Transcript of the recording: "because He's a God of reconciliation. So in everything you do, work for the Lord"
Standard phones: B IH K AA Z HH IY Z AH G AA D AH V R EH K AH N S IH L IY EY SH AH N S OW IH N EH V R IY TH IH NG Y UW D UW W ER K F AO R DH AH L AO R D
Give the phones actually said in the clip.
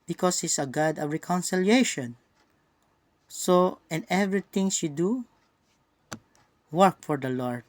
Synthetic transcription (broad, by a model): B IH K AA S HH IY S AH G AA D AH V R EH K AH N S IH L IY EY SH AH N S OW IH N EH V R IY T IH NG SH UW D UW W ER K F AO R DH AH L AO R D